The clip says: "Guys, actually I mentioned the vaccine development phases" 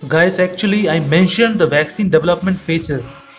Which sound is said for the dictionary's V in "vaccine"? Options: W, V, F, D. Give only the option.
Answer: V